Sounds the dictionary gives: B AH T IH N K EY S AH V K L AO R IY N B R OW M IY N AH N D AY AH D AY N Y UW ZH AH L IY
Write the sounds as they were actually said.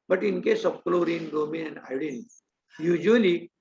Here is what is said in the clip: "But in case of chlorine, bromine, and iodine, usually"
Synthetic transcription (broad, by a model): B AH T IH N K EY S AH P K L AO R IY N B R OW M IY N AH N D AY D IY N Y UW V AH L IY